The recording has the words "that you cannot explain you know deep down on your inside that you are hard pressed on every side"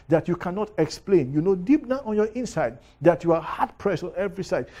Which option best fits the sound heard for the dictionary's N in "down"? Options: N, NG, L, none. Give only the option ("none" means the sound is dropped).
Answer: none